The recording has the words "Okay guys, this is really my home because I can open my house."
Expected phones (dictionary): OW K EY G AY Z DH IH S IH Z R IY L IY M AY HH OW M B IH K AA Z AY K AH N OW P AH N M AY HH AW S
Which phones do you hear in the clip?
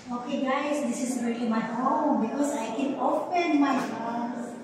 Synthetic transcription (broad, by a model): OW K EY G AY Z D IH S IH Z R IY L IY M AY HH OW M B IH K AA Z AY K AH N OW F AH N M AY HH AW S